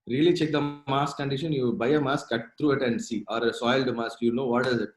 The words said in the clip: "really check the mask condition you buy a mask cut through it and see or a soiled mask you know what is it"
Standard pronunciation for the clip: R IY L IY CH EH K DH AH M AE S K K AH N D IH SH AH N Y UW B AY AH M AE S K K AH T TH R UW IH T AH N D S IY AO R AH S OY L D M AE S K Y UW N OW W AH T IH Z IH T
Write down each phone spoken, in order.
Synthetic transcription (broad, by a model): R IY L IY CH EH K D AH M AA S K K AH N D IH SH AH N Y UW B AY AH M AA S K K AH T T R UW IH T AH N D S IY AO R AH S OY L D M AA S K Y UW N OW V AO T IH Z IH T